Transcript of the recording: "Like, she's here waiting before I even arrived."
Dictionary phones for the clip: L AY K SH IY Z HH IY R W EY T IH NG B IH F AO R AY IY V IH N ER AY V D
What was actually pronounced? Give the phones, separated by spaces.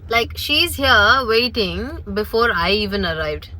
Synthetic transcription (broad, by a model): L AY K SH IY Z HH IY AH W EY T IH NG B IH F AO R AY IY V IH N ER AY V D